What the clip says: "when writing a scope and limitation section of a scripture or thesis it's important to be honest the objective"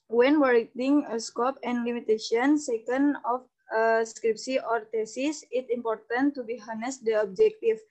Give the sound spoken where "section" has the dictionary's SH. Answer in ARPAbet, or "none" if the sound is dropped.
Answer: none